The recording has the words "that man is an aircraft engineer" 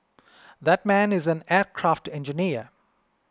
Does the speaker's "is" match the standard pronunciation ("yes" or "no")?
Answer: yes